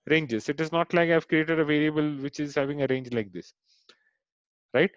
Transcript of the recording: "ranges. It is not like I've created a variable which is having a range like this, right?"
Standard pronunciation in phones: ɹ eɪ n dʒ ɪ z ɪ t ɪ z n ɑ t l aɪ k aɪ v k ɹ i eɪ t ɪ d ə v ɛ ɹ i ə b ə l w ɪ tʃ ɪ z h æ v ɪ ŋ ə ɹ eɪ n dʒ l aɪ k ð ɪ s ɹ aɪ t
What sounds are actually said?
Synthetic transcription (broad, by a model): ɹ eɪ n dʒ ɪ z ɪ t ɪ z n ɑ t l aɪ k aɪ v k ɹ i eɪ t ɪ d ə v ɛ ɹ i ə b ə l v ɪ tʃ ɪ z h æ v ɪ ŋ ə ɹ eɪ n dʒ l aɪ k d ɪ s ɹ aɪ t